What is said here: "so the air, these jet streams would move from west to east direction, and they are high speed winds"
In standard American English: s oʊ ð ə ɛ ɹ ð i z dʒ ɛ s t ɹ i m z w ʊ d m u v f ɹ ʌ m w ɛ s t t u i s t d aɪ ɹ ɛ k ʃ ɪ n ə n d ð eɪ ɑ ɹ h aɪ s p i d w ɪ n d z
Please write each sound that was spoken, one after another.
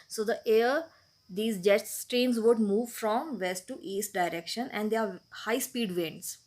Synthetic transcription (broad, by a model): s oʊ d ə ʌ ɹ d i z dʒ ɛ s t ɹ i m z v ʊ d m u v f ɹ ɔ m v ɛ s t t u i s t d aɪ ɹ ɛ k ʃ ɪ n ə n d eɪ ɑ ɹ h aɪ s p i d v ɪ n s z